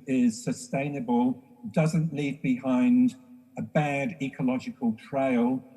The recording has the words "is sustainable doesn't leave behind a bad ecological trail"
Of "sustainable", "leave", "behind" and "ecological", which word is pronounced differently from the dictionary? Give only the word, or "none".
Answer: none